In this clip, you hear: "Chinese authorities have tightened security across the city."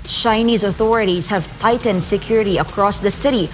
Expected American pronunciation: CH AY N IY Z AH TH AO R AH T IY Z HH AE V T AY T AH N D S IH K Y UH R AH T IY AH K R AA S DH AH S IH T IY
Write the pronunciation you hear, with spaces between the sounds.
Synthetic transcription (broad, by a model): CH AY N IY Z AH TH AO R AH T IY Z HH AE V T AY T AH N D S IH K Y UH R AH T IY AH K R AA S DH AH S IH T IY